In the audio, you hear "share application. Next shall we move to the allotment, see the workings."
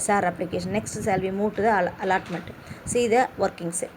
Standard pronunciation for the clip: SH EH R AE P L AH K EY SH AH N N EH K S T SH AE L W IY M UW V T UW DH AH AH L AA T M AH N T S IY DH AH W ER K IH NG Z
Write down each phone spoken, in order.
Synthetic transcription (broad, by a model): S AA R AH P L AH K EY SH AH N N EH K S T S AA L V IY M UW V T UW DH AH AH L AA T M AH N T S IY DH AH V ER K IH NG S